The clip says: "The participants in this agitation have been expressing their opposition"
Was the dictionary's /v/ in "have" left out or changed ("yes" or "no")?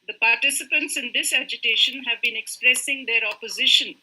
no